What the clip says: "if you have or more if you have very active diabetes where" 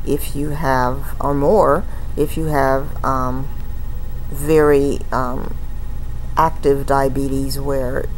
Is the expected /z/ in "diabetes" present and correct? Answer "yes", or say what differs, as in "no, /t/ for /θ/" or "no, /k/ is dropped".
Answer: yes